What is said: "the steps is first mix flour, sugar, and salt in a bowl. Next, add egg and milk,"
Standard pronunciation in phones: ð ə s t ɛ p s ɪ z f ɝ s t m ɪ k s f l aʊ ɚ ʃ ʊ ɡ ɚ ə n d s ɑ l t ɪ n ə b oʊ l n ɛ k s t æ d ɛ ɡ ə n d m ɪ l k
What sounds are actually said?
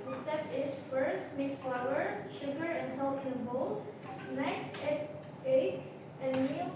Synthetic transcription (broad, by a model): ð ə s t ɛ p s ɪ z f ɝ s t m ɪ k s f l aʊ ɚ ʃ ʊ ɡ ɚ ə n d s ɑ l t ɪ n b oʊ l n ɛ k s t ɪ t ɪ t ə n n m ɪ